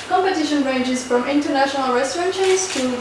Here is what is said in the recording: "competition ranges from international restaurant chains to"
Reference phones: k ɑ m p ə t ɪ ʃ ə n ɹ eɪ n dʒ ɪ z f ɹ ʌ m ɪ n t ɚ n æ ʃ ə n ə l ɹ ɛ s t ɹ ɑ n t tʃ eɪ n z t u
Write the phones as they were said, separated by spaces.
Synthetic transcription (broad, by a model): k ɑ m p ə t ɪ ʃ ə n ɹ eɪ n dʒ ɪ z f ɹ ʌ m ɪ n t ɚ n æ ʃ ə n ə l ɹ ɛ s t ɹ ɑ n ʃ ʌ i z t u